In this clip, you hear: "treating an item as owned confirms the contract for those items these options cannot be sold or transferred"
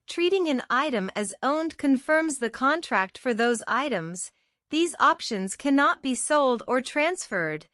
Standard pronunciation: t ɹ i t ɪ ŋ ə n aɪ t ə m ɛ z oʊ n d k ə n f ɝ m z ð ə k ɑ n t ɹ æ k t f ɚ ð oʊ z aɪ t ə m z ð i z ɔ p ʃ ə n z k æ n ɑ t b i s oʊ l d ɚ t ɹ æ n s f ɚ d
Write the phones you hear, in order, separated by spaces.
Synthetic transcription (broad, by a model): t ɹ i t ɪ ŋ ə n aɪ t ə m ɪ z oʊ n d k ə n f ɝ m z ð ə k ɑ n t ɹ æ k t f ɚ ð oʊ z aɪ t ə m z ð i z ɔ p ʃ ə n z k æ n ɑ t b i s oʊ l d ɚ t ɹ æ n s f ɚ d